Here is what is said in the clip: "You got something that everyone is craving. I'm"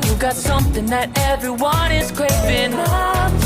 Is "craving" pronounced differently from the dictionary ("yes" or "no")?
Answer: yes